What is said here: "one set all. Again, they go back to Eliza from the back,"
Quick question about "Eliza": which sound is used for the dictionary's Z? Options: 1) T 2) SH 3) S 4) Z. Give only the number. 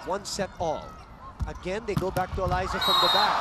4